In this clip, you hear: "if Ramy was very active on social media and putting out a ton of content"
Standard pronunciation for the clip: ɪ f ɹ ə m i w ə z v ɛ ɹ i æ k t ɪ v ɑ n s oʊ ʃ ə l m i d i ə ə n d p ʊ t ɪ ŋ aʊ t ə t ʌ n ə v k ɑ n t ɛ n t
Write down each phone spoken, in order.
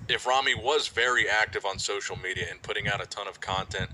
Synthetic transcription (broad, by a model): ɪ f ɹ ə m i w ə z v ɛ ɹ i æ k t ɪ v n s oʊ ʃ l m i d i ə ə n p ʊ t ɪ ŋ aʊ t ə t ʌ n ə v k ɑ n t ɛ n t